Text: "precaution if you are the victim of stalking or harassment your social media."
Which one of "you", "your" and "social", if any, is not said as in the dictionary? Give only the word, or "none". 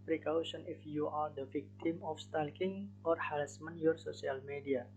social